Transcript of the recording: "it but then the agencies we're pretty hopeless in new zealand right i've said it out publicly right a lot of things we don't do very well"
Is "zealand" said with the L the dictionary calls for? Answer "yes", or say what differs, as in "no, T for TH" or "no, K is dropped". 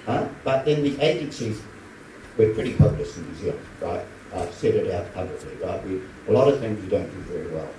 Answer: no, L is dropped